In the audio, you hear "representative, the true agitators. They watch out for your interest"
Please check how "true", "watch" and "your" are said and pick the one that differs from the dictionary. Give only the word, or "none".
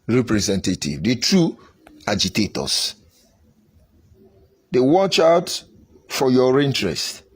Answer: none